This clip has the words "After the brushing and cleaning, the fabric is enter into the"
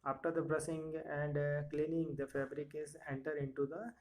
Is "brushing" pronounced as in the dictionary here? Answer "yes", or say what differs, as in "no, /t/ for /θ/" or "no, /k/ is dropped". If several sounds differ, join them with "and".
no, /s/ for /ʃ/